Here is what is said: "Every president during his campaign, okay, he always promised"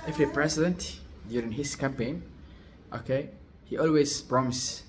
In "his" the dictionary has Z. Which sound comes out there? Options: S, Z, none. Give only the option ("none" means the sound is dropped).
S